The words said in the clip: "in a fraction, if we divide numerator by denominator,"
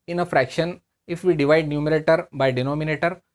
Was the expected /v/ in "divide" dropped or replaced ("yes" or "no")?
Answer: no